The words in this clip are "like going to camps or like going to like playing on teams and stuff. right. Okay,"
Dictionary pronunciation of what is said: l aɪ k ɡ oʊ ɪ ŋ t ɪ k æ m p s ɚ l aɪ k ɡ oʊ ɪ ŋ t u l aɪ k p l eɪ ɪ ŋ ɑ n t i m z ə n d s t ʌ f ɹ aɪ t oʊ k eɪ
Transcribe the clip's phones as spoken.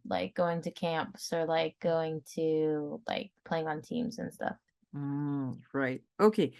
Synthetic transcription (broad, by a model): l aɪ k ɡ oʊ ɪ ŋ t ɪ k æ m p s ɚ l aɪ k ɡ oʊ ɪ ŋ t u l aɪ k p l eɪ ɪ ŋ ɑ n t i m z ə n s t ʌ f ɹ aɪ t oʊ k eɪ